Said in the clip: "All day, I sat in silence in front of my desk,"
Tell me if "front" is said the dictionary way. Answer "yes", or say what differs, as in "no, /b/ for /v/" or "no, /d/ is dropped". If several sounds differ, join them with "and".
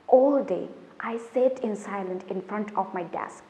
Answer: yes